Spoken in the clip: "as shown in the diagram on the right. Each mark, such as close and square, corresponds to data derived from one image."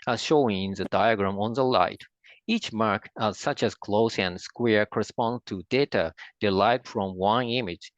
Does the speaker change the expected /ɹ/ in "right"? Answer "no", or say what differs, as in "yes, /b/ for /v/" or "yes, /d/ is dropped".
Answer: yes, /l/ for /ɹ/